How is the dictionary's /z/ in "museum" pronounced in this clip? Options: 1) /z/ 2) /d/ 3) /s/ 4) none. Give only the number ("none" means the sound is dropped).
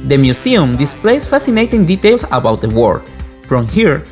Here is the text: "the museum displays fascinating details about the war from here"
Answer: 3